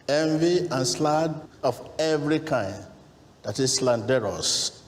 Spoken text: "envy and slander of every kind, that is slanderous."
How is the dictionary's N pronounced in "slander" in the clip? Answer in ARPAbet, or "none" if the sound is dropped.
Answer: none